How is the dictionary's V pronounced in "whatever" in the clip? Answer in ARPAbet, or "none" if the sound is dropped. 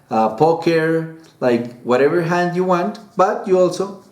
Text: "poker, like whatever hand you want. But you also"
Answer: V